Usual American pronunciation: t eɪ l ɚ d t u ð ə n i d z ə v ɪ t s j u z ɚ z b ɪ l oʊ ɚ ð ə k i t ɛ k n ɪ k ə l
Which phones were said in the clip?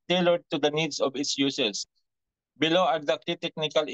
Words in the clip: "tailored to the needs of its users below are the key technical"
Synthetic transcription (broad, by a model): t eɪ l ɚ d t u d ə n i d s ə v ɪ t s j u s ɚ s b ɪ l oʊ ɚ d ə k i t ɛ k n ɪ k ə l